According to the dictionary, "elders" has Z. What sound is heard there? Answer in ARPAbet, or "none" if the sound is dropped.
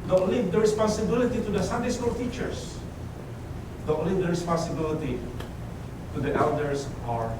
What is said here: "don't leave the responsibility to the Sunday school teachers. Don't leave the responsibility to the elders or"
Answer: S